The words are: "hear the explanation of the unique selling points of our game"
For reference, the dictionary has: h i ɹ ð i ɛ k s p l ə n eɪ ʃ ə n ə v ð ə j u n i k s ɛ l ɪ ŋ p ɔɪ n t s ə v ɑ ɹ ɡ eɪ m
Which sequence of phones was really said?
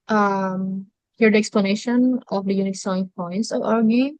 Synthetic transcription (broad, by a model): h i ɹ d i ɛ k s p l ə n eɪ ʃ ə n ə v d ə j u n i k s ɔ ɪ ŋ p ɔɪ n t s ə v ɑ ɹ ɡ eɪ